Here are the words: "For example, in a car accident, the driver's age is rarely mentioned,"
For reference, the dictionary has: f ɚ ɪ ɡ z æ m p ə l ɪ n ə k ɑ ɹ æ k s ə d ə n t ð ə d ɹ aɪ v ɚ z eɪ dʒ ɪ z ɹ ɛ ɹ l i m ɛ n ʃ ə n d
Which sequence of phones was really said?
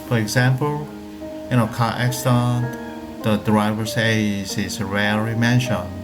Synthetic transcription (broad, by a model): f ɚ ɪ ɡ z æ m p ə l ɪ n ə k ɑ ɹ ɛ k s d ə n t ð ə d ɹ aɪ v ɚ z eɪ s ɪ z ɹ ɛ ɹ i m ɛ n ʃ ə n